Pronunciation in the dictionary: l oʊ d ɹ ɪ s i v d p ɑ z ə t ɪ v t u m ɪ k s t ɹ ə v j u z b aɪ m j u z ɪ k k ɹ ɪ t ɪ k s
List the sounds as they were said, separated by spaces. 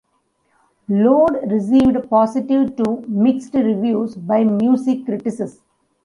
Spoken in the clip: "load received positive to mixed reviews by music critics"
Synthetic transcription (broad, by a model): l oʊ d ɹ ɪ s i v d p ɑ s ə t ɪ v t u m ɪ k s t ɹ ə v j u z b aɪ m j u s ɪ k k ɹ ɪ t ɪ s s